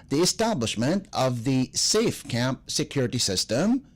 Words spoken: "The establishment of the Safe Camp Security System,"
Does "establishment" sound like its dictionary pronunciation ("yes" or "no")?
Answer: yes